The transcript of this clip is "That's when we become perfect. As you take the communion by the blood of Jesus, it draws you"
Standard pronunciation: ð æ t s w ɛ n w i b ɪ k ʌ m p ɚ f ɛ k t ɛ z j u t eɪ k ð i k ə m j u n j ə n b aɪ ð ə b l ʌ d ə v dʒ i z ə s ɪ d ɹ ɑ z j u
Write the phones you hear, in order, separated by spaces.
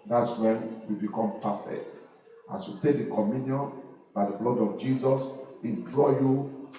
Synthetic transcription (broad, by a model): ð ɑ t s w ɛ n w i b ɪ k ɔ m p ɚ f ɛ k t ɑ s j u t eɪ k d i k ə m j u n j ə n b aɪ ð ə b l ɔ d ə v dʒ i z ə s ɪ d ɹ ɑ j u